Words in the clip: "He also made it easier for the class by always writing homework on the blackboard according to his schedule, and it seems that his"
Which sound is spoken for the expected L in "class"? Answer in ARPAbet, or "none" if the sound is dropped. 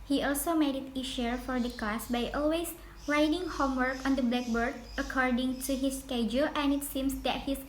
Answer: none